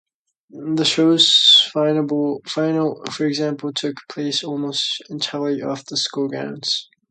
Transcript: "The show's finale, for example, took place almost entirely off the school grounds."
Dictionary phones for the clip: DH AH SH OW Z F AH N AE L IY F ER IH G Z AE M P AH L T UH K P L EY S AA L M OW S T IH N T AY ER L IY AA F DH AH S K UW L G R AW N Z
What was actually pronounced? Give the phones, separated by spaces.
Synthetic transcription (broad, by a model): DH AH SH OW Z F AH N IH N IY F ER IH G Z AE M P AH L T UH K P L EY S AA L M OW S T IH N T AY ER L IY AA F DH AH S K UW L G AW N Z